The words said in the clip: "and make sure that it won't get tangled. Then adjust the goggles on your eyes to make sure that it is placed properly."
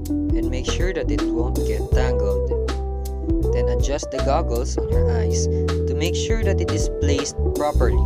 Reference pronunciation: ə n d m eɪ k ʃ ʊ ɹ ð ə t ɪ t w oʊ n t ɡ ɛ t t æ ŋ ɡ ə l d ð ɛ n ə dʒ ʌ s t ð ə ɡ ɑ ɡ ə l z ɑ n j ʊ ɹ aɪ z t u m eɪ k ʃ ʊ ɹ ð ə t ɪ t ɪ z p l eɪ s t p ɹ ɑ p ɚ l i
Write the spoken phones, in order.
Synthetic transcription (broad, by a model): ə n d m eɪ k ʃ ʊ ɹ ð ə t ɪ t w oʊ n t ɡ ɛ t t æ ŋ ɡ ə l d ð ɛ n ə dʒ ʌ s t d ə ɡ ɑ ɡ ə l s ɑ n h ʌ ɹ aɪ s t u m eɪ k ʃ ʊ ɹ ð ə t ɪ t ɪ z p l eɪ s t p ɹ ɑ p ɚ l i